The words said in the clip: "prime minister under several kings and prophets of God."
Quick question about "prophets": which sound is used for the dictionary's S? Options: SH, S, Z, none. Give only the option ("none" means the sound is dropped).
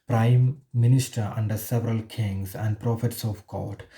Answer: S